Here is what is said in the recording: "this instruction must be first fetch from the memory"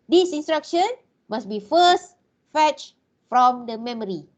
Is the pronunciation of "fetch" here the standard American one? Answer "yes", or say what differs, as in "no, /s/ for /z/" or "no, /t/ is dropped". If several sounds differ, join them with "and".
yes